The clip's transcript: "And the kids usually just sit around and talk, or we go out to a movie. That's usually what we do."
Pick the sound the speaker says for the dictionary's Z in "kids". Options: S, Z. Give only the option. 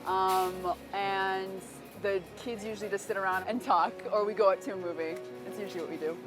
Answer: Z